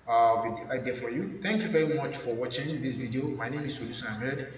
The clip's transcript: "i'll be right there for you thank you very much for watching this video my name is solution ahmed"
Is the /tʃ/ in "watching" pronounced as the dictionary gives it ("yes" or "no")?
yes